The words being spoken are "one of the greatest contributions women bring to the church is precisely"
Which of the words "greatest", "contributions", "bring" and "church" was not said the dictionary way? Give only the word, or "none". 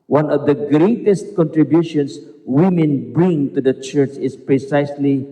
contributions